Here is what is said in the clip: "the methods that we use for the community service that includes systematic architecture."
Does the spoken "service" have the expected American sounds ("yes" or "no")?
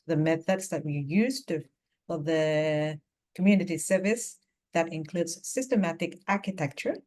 yes